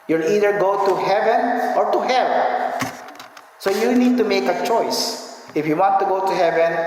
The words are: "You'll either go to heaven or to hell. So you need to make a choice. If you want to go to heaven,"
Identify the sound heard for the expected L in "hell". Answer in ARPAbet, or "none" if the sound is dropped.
N